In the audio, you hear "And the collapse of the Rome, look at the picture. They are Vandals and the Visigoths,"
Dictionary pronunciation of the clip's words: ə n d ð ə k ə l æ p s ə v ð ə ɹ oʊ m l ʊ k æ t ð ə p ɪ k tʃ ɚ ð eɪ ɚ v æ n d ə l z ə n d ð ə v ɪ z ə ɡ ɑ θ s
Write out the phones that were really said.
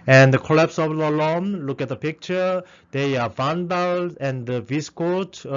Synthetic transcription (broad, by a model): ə n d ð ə k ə l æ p s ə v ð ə l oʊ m l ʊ k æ t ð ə p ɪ k tʃ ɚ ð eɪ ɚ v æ n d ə l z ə n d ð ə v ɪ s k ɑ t